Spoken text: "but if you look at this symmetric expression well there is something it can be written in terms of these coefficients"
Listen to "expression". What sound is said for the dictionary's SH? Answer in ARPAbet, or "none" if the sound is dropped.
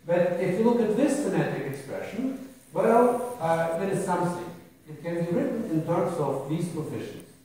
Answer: SH